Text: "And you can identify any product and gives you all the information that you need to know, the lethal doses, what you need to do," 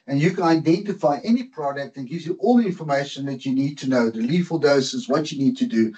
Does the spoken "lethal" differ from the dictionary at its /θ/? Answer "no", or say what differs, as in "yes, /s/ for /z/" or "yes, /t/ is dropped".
yes, /f/ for /θ/